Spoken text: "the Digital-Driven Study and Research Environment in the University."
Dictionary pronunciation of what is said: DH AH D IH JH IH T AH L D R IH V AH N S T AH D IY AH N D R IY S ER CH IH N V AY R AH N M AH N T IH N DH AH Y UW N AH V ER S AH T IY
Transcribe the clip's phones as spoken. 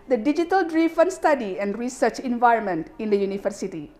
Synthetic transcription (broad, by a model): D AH D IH JH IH T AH L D R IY F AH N S T AH D IY AH N D R IY S ER CH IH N V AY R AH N M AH N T IH N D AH Y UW N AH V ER S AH T IY